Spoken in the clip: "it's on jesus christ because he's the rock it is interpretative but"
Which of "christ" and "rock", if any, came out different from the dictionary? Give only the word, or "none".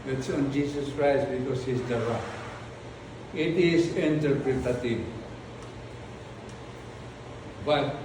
rock